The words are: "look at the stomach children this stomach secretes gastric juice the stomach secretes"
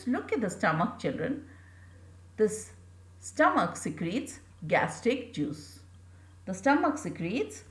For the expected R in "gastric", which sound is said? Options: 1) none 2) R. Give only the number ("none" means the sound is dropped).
1